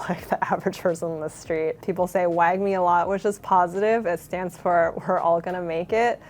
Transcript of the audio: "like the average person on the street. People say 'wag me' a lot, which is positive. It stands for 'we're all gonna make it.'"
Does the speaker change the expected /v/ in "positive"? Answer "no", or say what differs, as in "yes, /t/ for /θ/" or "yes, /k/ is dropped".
no